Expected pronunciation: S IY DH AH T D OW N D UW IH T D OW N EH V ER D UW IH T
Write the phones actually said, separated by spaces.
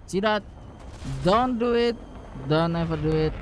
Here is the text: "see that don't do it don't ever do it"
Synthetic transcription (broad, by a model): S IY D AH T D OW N D UW IH T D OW N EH F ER D UW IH T